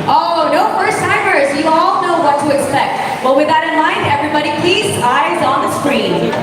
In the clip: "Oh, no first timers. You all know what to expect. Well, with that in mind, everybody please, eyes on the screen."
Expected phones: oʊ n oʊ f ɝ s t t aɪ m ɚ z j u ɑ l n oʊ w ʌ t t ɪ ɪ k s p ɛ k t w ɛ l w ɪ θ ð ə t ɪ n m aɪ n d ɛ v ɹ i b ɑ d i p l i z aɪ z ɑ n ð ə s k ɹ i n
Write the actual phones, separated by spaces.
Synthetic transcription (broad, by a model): oʊ n oʊ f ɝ s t t aɪ m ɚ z j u ɑ l n oʊ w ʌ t t ɪ ɪ k s p ɛ k t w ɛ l w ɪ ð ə t ɪ n m aɪ n d ɛ v ɹ i b ɑ d i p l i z aɪ z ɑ n ð ə s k ɹ i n